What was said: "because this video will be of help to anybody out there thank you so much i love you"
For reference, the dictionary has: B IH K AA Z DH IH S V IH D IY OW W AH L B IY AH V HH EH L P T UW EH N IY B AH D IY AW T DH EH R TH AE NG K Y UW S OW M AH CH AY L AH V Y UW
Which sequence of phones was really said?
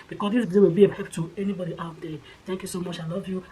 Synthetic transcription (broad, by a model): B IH K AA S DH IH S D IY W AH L B IY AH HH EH P T UW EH N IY B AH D IY AW T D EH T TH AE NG K Y UW S OW M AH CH AY L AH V Y UW